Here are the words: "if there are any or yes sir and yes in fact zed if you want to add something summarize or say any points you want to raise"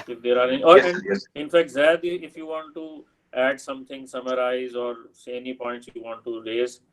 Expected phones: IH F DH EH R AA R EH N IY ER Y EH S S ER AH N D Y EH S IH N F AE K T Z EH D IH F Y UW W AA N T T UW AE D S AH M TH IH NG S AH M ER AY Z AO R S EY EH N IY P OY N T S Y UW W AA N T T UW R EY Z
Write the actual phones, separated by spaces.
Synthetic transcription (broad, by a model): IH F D EH R AA R EH N IY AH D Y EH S IH N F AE K T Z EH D IH F Y UW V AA N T T UW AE D S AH M T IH NG S AH M ER AY Z AO R S EY EH N IY P OY N T S Y UW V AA N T T UW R EY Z